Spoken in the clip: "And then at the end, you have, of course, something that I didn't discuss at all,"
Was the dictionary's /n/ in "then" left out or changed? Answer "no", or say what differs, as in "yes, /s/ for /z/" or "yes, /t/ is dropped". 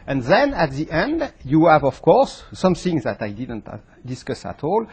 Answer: no